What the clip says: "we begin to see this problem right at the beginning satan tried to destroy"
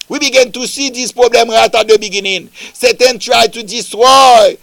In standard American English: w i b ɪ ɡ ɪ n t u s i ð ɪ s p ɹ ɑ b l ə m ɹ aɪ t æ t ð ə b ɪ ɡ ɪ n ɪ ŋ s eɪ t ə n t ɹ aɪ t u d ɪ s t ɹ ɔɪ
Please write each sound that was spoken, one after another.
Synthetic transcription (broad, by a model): w i b ɪ ɡ ɪ n t u s i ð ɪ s p ɹ ɑ b l ə m ɹ aɪ t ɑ t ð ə b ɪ ɡ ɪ n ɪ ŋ s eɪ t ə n t ɹ aɪ t u d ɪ s t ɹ ɔɪ